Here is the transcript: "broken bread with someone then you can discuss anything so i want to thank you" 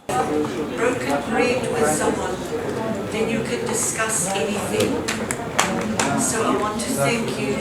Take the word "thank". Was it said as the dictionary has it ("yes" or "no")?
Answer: yes